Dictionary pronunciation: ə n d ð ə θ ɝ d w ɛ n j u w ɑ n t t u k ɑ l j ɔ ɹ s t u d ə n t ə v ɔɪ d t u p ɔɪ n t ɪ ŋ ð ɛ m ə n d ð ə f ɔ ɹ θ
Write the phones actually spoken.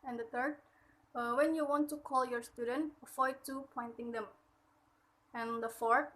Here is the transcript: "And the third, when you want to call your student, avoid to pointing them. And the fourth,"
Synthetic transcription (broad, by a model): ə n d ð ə t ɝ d w ɛ n j u w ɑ n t t u k ɑ l j ɔ ɹ s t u d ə n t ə f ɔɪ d t u p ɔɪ n t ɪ ŋ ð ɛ m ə n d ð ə f ɔ ɹ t